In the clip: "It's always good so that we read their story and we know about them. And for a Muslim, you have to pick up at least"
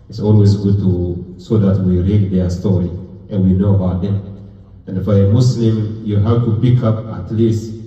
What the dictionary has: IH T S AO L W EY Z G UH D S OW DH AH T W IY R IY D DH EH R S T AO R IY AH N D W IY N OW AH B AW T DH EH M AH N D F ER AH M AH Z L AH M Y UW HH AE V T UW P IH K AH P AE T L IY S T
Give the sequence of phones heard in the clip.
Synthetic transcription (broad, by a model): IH T S AO L W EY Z G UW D S OW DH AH T W IY R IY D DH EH S T AO R IY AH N W IY N OW AH B AW T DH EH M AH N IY F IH AH M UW S L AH M Y UW HH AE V T UW P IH K AH P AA T L IY S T